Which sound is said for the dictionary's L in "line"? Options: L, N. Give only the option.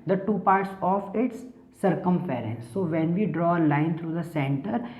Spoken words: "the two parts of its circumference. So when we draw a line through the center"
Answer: L